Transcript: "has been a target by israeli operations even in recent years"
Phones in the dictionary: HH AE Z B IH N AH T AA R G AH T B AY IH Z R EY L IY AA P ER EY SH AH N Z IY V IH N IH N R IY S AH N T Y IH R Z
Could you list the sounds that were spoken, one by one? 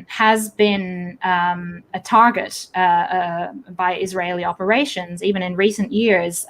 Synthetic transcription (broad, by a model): HH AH Z B IH N AH T AA R G AH T B AY IH Z R EY L IY AA P ER EY SH AH N Z IY V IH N IH N R IY S AH N T Y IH R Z